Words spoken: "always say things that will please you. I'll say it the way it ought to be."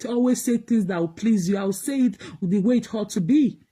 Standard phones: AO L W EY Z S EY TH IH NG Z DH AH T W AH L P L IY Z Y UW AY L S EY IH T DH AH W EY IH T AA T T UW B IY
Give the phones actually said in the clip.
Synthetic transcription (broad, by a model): AO L W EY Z S EY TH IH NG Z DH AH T W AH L P L IY Z Y UW AY W S EY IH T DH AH W EY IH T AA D T UW B IY